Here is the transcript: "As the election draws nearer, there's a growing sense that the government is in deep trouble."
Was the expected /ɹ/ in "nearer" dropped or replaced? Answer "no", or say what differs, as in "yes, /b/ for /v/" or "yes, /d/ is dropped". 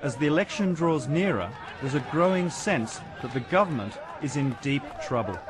no